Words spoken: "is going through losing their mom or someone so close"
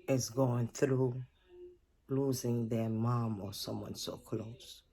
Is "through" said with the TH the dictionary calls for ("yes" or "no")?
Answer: yes